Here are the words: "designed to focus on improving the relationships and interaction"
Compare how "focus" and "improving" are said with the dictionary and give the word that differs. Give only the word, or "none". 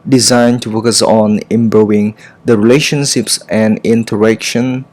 improving